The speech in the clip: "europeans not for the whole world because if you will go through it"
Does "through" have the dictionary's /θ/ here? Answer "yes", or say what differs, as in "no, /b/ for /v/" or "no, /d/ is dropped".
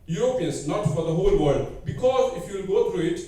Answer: no, /t/ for /θ/